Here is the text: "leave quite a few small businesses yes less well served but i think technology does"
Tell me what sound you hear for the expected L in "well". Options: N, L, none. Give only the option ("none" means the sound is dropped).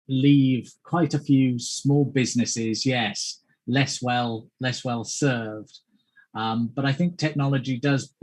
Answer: L